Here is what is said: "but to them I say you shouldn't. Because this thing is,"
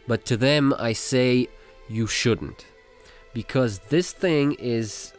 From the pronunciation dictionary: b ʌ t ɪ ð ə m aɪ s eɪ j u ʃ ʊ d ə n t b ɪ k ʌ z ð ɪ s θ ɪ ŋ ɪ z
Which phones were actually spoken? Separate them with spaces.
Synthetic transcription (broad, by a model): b ʌ t ɪ ð ə m aɪ s eɪ j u ʃ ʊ d n t b ɪ k ʌ z ð ɪ s θ ɪ ŋ ɪ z